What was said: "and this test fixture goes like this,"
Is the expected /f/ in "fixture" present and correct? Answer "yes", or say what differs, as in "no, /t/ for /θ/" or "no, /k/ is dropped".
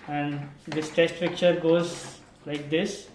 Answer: no, /p/ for /f/